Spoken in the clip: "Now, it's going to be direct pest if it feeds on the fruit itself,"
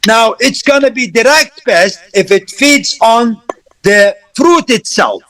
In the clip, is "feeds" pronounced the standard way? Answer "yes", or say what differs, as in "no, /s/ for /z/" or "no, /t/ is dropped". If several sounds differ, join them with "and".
yes